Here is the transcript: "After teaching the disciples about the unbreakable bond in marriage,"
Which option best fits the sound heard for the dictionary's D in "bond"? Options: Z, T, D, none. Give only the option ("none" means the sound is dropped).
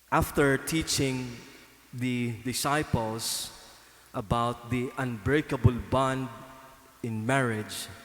D